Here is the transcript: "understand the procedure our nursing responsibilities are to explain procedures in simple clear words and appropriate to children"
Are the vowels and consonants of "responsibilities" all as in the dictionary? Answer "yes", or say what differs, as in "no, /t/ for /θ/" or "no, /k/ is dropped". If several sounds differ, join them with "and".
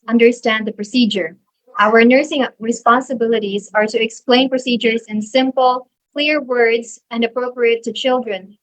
yes